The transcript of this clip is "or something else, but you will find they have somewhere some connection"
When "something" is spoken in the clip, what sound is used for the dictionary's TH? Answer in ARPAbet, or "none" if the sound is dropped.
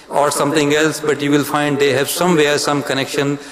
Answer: T